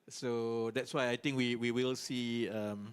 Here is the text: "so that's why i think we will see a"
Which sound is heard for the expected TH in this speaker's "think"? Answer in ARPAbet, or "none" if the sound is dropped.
T